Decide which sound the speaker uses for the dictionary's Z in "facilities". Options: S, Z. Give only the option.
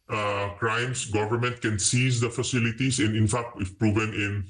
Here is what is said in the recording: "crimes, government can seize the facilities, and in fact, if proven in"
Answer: S